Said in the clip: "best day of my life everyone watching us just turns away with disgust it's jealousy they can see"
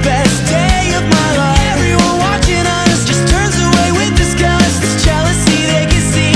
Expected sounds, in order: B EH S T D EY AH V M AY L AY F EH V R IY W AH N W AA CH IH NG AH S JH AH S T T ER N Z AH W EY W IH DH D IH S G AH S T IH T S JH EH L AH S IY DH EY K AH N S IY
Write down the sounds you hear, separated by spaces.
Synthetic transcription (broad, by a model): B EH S D EY AH V M AY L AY EH V R IY W AH N W AA CH IH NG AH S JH AH S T T ER N Z AH W EY W IH DH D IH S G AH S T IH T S JH EH L AH S IY DH EY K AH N S IY